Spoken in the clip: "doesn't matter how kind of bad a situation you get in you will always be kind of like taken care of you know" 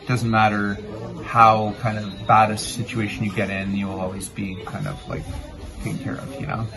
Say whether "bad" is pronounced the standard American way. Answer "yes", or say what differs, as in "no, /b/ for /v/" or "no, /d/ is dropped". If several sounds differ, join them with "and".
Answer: yes